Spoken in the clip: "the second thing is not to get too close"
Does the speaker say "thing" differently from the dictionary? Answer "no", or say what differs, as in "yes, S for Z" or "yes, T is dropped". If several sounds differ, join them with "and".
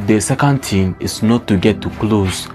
yes, T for TH